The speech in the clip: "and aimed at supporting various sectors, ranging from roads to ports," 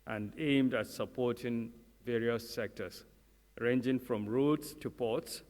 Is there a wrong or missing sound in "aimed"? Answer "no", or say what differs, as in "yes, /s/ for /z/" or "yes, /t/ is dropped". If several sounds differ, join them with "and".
no